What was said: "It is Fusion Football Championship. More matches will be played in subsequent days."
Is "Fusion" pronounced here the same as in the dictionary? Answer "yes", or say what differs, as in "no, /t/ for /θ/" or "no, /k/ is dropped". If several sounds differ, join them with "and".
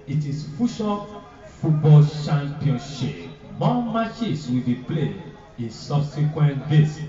no, /ʃ/ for /ʒ/